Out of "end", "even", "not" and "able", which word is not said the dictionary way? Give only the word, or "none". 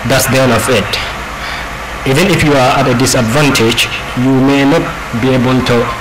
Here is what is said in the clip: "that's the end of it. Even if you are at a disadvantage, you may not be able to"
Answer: end